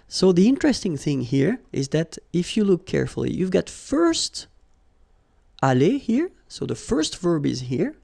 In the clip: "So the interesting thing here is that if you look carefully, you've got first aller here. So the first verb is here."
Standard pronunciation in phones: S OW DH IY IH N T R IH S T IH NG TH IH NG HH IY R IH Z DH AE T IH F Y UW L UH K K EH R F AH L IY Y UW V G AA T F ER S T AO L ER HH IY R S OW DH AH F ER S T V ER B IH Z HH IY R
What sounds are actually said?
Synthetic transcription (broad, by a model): S OW DH IY IH N T R IH S T IH NG TH IH NG HH IY R IH Z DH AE T IH F Y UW L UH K K EH R F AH L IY Y UW V G AA T F ER S T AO L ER HH IY R S OW DH AH F ER S T V ER B IH Z HH IY R